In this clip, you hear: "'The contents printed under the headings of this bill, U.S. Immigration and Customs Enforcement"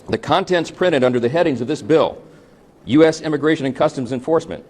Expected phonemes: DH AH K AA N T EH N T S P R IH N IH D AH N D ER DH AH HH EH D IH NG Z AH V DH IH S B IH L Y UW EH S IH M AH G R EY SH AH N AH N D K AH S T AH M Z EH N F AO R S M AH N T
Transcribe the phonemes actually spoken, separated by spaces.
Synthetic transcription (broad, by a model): DH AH K AA N T EH N T S P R IH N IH D AH N D ER DH AH HH EH D IH NG Z AH V DH IH S B IH L Y UW EH S IH M AH G R EY SH AH N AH N K AH S T AH M Z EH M F AO R S M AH N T